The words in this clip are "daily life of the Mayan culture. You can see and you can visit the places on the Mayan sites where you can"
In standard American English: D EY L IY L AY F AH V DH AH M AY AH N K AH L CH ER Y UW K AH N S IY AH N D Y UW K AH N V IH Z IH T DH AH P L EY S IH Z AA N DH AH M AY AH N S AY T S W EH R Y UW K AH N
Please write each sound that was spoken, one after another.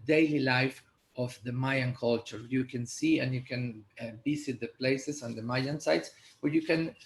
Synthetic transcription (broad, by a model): D EY L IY L AY F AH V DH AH M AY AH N K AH L CH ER Y UW K AH N S IY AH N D Y UW K AH N B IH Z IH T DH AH P L EY S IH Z AA N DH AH M AY AH N S AY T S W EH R Y UW K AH N